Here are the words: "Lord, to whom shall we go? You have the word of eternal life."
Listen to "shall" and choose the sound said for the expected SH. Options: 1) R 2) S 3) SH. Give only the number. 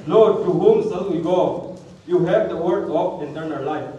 2